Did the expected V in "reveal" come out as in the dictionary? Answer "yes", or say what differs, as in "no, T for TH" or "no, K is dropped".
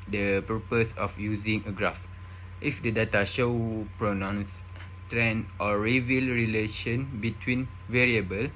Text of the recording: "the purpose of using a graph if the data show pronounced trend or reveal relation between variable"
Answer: yes